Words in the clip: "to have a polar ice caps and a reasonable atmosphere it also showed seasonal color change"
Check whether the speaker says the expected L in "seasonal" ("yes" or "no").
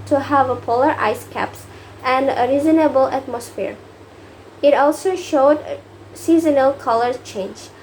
yes